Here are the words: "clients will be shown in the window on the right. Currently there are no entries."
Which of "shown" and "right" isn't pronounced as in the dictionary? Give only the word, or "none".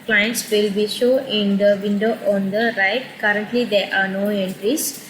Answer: shown